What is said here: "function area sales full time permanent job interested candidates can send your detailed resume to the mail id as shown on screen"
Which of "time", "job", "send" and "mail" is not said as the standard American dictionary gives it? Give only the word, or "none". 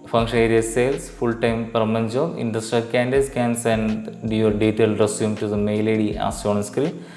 job